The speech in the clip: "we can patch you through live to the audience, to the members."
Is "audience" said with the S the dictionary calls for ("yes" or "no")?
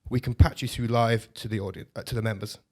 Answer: no